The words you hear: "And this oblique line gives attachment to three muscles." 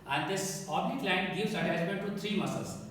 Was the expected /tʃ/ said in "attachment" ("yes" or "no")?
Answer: no